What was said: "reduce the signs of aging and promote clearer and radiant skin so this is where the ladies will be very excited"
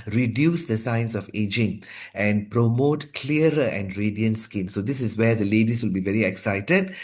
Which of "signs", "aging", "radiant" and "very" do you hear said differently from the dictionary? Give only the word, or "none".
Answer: signs